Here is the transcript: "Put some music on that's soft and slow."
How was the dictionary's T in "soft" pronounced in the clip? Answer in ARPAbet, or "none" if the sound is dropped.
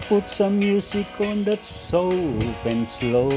none